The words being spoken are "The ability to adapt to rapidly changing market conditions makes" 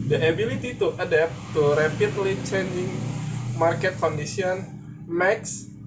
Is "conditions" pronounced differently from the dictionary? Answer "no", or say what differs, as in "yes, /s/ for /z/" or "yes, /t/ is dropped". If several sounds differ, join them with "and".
yes, /s/ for /ʃ/ and /z/ is dropped